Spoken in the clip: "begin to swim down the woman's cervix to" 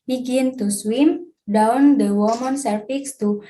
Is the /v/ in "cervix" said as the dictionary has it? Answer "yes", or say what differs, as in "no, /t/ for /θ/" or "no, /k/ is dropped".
no, /f/ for /v/